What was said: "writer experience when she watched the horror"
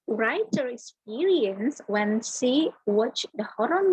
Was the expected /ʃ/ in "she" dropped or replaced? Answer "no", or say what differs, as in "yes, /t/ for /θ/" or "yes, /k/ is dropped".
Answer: yes, /s/ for /ʃ/